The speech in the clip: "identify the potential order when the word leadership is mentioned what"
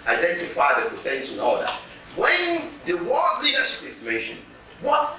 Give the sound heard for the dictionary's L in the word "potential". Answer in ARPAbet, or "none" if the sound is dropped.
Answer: N